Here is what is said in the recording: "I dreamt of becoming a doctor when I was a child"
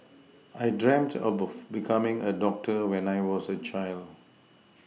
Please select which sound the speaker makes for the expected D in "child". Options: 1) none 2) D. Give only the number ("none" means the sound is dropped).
2